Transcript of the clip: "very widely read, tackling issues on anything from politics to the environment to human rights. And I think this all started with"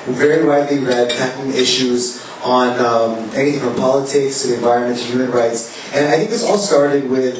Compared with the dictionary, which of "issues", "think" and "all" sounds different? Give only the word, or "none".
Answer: none